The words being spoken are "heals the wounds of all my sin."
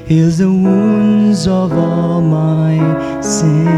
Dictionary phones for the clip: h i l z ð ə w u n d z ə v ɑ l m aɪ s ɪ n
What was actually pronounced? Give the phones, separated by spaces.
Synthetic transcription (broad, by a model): h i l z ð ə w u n z ə v ɑ l m aɪ s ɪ